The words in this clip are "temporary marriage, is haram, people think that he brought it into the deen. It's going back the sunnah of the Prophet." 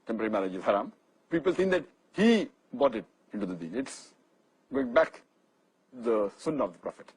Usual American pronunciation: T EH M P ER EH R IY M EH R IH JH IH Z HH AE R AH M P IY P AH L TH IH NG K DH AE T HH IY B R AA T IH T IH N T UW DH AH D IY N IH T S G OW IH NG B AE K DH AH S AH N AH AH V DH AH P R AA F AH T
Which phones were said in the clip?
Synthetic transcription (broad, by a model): T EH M P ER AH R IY M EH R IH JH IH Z HH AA R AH M P IY P AH L T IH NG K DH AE T HH IY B AA T IH T IH N T UW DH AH D IY N IH T S G OW IH NG B AE K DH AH S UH N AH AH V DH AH P R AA F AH T